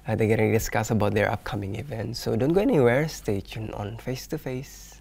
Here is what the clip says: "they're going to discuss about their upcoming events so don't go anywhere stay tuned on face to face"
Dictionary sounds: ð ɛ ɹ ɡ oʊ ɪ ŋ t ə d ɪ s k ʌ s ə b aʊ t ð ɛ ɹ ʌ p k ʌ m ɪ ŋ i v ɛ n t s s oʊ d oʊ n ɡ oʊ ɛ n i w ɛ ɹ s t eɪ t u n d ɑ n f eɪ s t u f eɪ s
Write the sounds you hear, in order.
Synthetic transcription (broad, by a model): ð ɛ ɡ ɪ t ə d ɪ s k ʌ s ə b aʊ t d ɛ ɹ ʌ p k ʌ m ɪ ŋ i v ɛ n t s s oʊ d oʊ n ɡ oʊ ɛ n i w ɛ ɹ s t eɪ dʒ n ɑ n f eɪ s t u f eɪ s